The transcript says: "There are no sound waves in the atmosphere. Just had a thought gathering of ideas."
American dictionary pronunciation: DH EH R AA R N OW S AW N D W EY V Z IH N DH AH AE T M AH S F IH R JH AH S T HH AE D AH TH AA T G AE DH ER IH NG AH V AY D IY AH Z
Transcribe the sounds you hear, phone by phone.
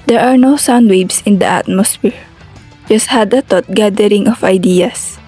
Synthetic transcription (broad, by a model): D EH R AA R N OW S AW N D W EY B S IH N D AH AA T M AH S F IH R JH AH S T HH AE D AH T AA T G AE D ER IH NG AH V AY D IY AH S